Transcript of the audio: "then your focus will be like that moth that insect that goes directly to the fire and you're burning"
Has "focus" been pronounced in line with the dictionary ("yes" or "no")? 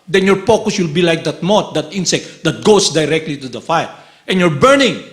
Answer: no